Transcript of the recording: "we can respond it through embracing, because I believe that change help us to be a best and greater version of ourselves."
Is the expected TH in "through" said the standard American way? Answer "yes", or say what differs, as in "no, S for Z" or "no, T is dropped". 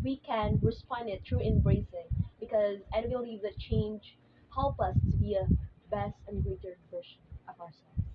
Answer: no, T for TH